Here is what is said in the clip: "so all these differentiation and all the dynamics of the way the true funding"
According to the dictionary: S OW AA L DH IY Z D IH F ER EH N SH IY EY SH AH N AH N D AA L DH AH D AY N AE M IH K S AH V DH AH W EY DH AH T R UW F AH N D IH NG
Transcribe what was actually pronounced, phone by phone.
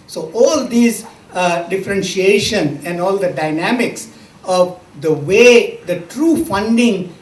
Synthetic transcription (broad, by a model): S OW AA L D IY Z D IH F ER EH N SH IY EY SH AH N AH N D AA L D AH D AY N AE M IH K S AH V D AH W EY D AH T R UW F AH N D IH NG